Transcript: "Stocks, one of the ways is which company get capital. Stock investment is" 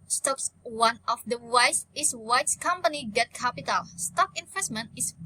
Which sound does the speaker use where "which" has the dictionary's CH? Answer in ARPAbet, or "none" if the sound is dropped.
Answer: S